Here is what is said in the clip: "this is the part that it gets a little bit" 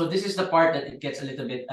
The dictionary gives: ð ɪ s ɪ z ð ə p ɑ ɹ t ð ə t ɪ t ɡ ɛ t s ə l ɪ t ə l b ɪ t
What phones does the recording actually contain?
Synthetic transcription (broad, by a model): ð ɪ s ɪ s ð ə p ɑ ɹ t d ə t ɪ t ɡ ɛ t s ə l ɪ t ə l b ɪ t